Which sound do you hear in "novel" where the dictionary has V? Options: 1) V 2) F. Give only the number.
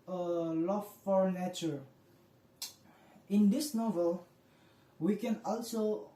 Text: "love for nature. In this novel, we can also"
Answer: 1